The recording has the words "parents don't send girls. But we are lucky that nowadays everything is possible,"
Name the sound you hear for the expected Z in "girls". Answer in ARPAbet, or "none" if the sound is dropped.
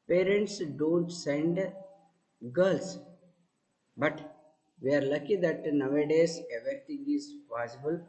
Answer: S